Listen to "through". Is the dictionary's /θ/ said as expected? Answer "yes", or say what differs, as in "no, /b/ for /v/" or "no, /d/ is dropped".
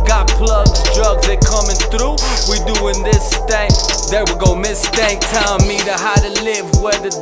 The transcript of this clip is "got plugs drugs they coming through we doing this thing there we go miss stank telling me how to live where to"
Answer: yes